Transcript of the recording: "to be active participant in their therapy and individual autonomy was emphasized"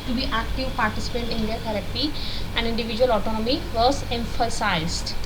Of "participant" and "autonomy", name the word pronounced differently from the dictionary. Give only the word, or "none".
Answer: participant